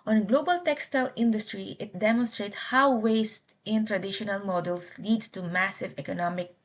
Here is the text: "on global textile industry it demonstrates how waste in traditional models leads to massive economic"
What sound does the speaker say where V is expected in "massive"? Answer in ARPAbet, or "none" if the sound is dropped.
V